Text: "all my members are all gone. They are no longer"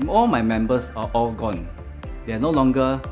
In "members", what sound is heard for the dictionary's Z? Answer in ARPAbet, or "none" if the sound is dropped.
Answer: S